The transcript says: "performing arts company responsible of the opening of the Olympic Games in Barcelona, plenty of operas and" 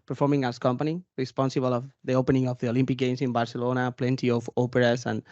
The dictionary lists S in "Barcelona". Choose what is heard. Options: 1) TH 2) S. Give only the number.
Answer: 2